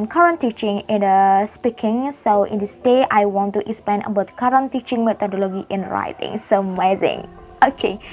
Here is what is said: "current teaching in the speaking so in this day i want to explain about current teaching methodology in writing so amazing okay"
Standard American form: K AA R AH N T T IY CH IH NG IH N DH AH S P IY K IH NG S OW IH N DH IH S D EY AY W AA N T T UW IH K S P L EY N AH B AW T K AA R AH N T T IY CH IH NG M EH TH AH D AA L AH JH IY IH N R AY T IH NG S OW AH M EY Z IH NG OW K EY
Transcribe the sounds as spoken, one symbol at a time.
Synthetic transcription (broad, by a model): K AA R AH N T T IY CH IH NG IH N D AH S P IY K IH NG S OW IH N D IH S D EY AY W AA N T T UW IH K S P L EY N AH B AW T K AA R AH N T T IY CH IH NG M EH T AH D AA L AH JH IY IH N R AY T IH NG S OW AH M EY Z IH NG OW K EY